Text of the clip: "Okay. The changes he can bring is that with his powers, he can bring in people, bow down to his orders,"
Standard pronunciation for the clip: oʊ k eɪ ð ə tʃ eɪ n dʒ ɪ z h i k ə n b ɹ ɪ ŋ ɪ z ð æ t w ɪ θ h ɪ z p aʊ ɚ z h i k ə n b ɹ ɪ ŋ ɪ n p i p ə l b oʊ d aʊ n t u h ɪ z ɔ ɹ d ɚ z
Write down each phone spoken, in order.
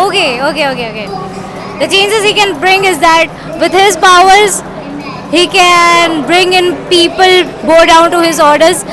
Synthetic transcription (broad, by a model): oʊ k eɪ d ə tʃ eɪ n dʒ ɪ z h i k ə n b ɹ ɪ ŋ ɪ z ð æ t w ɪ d h ɪ z p aʊ ɚ z h i k ə n b ɹ ɪ ŋ ɪ n p i p ə l b oʊ d aʊ n t u h ɪ z ɔ ɹ d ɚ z